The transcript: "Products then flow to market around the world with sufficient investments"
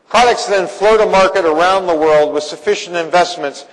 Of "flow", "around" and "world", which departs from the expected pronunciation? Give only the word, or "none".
none